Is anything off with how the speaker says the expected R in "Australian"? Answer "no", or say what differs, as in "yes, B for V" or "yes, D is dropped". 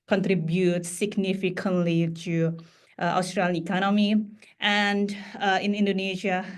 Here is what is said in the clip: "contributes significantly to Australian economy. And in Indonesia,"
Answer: no